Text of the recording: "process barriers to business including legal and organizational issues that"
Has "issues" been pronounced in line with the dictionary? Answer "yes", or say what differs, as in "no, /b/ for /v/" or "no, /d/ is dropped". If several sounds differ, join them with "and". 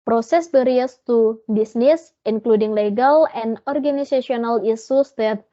no, /s/ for /ʃ/